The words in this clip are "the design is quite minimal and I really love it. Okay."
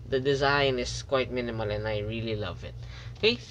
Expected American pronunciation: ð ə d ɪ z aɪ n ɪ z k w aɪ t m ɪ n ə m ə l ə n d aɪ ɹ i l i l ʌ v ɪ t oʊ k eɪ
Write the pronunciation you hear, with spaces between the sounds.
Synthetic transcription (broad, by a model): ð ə d ɪ z aɪ n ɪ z k w aɪ t m ɪ n ə m ə l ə n aɪ ɹ i l i l ʌ v ɪ t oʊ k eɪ